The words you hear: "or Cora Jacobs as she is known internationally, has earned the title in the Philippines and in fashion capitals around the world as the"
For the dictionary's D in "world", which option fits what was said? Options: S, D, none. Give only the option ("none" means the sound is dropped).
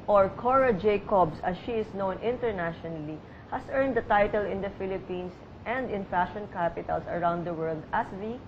D